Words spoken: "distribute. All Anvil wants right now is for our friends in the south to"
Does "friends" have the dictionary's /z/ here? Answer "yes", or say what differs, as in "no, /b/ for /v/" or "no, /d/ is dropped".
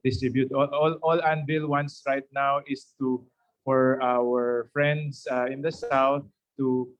no, /s/ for /z/